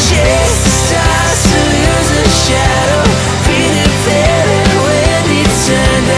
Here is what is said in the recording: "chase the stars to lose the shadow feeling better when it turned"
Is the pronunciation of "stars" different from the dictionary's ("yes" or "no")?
yes